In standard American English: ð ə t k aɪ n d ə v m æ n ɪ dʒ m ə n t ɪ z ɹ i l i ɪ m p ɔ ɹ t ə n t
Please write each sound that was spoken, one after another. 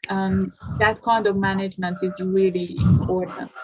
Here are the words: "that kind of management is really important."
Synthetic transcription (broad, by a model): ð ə t k aɪ n d ə v m æ n ɪ dʒ m ə n t ɪ z ɹ i l i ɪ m p ɔ ɹ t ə n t